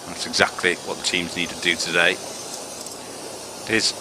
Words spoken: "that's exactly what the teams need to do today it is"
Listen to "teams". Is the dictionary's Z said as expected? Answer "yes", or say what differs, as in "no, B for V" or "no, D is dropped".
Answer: yes